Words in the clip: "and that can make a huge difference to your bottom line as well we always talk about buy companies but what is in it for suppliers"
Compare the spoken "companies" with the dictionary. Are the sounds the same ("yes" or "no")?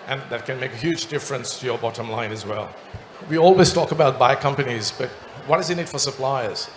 yes